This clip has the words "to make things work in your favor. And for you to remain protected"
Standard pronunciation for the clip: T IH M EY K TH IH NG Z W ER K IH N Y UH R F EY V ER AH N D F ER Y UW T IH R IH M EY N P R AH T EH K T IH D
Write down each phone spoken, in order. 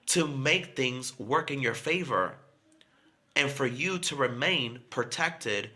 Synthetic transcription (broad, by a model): T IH M EY K TH IH NG Z W ER K IH N Y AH R F EY V ER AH N F ER Y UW T IH R IH M EY N P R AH T EH K T IH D